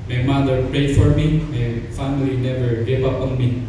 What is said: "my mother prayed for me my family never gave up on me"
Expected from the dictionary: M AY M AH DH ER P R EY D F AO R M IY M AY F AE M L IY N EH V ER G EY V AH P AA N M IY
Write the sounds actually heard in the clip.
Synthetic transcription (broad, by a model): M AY M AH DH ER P R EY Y F AO R M IY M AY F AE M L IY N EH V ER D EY P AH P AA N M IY